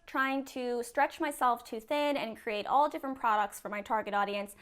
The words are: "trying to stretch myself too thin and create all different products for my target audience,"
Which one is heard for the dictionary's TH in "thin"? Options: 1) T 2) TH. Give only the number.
2